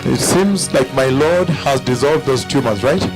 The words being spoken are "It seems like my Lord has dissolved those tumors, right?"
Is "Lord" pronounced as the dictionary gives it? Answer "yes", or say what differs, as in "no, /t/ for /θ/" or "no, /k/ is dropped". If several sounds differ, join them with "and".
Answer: yes